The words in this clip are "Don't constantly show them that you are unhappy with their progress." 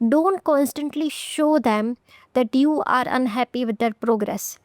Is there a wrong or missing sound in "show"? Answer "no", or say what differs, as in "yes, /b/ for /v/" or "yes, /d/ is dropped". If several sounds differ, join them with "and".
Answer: no